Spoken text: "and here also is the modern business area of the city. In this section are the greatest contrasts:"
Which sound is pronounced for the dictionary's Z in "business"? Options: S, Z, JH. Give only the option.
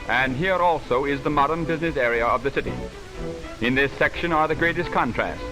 Z